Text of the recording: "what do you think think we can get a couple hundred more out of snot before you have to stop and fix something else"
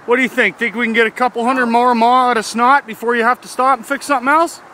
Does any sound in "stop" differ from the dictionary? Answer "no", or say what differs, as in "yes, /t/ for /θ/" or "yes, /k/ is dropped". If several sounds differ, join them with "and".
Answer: no